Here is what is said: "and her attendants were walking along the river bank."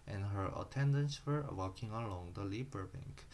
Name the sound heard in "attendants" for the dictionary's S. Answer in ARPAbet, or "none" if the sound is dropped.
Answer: S